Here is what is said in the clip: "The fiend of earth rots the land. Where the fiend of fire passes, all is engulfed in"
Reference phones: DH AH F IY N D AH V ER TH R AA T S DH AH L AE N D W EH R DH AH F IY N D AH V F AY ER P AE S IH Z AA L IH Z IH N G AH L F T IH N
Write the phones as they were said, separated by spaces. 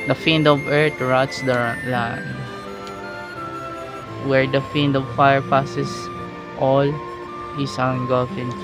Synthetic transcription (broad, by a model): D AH F IY N D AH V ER T R AA T S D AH L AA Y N W EH R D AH F IY N D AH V F AY ER P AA S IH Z AA L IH S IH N G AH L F IH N